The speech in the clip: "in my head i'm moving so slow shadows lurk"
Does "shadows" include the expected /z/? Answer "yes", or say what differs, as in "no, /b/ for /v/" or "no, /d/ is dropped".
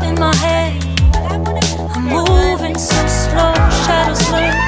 no, /s/ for /z/